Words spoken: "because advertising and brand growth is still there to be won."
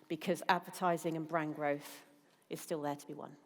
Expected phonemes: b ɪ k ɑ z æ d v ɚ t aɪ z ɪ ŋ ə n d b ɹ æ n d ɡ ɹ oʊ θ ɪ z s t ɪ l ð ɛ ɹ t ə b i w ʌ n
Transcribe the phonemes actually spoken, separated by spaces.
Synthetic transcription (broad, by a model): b ɪ k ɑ z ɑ d v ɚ t aɪ z ɪ ŋ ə n b ɹ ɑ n ɡ ɹ oʊ θ ɪ z s t ɪ l ð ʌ t ə b i w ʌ n